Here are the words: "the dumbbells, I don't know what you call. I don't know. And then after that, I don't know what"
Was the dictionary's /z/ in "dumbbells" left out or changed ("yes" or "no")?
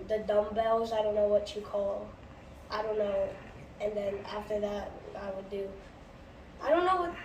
no